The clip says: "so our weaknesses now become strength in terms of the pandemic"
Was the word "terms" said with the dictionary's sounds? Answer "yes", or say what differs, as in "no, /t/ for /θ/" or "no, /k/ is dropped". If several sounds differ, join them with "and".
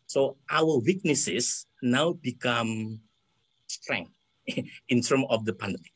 no, /z/ is dropped